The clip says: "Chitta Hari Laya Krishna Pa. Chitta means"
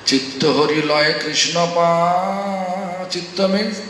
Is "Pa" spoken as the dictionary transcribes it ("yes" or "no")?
yes